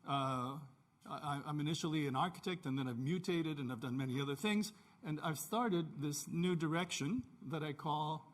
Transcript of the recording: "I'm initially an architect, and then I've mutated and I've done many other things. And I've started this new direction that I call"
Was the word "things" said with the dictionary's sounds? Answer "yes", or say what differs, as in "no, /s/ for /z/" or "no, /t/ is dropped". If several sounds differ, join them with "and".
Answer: yes